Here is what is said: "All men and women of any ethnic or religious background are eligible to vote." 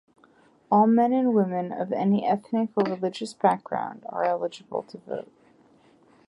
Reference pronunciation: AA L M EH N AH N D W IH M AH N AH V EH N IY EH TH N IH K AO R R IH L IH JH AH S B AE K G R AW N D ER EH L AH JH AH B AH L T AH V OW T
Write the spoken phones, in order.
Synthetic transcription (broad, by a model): AA L M EH N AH N W IH M AH N AH V EH N IY EH TH N IH K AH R R IH L IH JH AH S B AE K G R AW N D ER EH L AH JH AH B L T AH V OW T